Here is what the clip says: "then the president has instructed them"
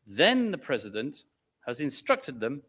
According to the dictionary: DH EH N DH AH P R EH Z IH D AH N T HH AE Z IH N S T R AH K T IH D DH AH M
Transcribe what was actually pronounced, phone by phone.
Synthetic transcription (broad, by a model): DH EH N DH AH P R EH Z IH D AH N T HH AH Z IH N S T R AH K T IH D DH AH M